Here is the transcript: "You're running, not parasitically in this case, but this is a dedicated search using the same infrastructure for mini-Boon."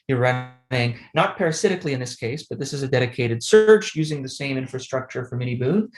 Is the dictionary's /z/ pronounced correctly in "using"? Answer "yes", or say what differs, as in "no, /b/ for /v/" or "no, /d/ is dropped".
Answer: yes